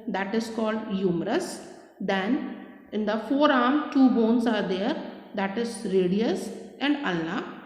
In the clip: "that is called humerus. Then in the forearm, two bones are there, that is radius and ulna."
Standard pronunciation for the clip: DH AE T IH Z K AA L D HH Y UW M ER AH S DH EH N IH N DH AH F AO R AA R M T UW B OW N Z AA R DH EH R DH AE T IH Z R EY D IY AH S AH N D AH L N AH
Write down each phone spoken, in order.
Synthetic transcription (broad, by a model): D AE T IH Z K AA L D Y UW M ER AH S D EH N IH N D AH F AO R AA R M T UW B OW N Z AA R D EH R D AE T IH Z R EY D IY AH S AH N D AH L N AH